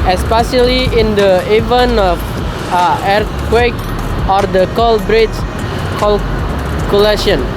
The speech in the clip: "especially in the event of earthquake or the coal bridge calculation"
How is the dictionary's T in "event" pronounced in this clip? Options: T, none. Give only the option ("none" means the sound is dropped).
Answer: none